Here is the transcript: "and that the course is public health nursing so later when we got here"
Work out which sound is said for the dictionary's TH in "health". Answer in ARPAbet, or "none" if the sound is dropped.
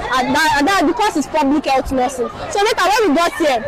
T